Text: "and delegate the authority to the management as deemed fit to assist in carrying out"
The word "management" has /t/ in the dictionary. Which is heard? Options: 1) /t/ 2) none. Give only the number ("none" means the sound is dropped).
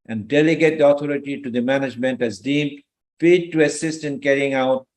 1